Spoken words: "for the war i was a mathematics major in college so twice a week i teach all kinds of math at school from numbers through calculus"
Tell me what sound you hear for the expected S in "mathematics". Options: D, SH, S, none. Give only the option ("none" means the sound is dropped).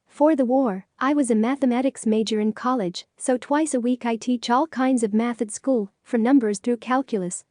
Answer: S